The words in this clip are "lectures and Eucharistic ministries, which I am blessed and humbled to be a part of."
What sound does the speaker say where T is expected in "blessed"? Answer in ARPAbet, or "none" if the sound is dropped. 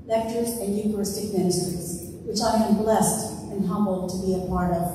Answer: T